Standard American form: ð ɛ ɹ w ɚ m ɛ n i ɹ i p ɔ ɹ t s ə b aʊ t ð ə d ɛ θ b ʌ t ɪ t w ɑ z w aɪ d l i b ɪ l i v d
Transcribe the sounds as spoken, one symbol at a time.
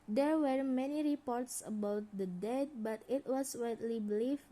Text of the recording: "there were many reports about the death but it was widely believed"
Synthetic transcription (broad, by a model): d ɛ ɹ w ɚ m ɛ n i ɹ i p ɔ ɹ t s ə b aʊ t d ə d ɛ t b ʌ t ɪ t w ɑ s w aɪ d l i b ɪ l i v